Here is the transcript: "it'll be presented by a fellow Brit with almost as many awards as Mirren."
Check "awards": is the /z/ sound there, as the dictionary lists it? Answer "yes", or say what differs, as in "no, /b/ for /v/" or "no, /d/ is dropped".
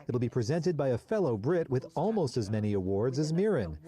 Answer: yes